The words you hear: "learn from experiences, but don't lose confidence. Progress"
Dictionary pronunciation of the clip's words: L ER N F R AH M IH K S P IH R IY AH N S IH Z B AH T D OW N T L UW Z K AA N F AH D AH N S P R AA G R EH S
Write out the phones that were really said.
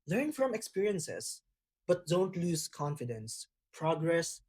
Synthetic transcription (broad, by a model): L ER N F R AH M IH K S P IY R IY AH N S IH S B AH T D OW N T L UW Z K AA N F AH D AH N S P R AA G R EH S